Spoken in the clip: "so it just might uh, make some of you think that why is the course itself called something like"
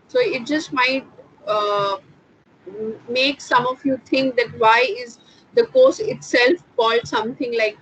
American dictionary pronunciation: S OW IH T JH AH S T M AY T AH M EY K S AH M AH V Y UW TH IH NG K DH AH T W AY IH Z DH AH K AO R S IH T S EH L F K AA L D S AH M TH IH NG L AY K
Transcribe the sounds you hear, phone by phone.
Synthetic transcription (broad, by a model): S OW IH T JH AH S T M AY T AH M EY K S AH M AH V Y UW T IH NG K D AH T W AY IH Z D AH K AO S IH T S EH L F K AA L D S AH M T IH NG L AY K